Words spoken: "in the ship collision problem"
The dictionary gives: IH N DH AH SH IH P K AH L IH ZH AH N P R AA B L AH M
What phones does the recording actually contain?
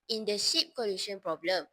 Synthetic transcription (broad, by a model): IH N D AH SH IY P K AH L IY SH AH N P R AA B L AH M